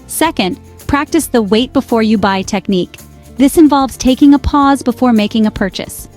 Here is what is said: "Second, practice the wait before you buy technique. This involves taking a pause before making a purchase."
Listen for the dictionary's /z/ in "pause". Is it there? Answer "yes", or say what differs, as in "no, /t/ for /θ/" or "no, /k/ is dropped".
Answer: yes